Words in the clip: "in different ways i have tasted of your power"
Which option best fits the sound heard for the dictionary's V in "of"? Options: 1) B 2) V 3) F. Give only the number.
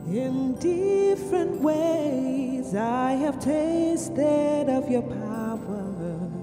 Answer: 2